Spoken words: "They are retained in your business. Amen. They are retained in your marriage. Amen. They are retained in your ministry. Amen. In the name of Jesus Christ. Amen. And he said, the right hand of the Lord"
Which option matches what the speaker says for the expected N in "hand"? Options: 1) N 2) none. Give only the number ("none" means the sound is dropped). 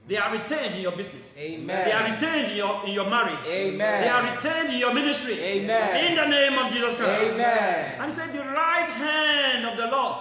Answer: 1